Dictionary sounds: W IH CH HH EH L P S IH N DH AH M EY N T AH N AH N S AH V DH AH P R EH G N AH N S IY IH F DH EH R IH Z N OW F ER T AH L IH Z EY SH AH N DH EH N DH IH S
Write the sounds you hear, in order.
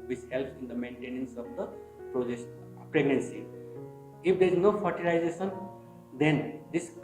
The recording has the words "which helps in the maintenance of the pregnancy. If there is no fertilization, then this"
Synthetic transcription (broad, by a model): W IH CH HH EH L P IH N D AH M EY N T AH N AH N S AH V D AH P R EH G N AH N S IY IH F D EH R IH Z N OW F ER T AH L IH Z EY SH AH N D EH N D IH S